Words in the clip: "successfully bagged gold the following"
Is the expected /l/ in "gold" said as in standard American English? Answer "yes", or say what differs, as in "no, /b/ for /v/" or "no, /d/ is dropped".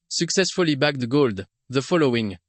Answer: yes